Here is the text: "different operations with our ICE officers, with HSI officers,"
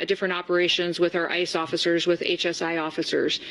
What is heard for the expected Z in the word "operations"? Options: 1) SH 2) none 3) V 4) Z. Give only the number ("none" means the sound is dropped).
4